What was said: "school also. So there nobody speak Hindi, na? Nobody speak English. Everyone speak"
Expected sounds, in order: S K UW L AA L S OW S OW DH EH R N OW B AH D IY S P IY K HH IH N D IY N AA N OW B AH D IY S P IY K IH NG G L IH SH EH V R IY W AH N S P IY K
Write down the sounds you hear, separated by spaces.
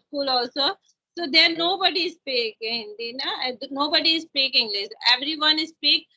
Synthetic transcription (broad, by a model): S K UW L AA L S OW S OW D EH R N OW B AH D IY S P IY K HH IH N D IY N AA N OW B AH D IY S P IY K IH NG G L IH S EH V R IY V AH N S P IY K